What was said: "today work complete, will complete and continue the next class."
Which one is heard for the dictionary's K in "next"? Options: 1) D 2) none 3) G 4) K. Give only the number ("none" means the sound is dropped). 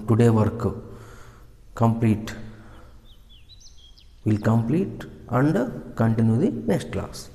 2